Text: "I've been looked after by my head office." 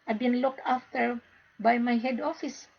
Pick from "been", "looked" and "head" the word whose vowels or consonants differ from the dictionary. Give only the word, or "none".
none